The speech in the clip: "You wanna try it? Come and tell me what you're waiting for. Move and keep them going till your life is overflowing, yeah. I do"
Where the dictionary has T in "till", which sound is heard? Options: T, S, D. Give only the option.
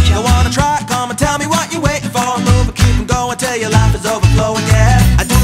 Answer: T